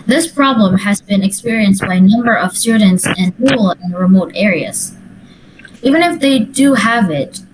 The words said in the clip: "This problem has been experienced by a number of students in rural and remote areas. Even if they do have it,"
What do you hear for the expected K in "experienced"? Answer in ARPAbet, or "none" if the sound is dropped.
K